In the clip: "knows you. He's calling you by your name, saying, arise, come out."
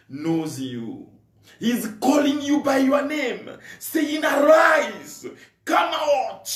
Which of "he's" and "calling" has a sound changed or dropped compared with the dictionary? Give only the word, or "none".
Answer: none